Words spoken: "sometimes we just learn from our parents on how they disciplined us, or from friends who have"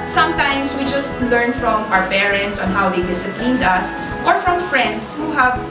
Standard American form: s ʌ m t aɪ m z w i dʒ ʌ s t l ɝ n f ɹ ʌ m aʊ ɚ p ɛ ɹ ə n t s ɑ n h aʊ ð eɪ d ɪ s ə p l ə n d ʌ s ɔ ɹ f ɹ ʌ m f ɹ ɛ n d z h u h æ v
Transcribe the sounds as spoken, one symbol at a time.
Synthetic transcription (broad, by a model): s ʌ m t aɪ m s w i dʒ ʌ s t l ɝ n f ɹ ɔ m aʊ ɚ p ɛ ɹ ə n t s ɑ n h aʊ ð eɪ d ɪ s ə p l ə n d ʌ s ɔ ɹ f ɹ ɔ m f ɹ ɛ n d s h u h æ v